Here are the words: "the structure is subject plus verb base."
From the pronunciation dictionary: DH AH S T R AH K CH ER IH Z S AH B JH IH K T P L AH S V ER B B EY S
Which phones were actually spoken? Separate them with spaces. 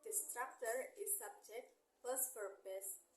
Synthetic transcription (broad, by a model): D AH S T R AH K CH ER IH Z S AH B JH IH K T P AH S P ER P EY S